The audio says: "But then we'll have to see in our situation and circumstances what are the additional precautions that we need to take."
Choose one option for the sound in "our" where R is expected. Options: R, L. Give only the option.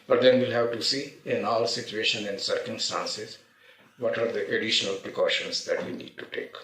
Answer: L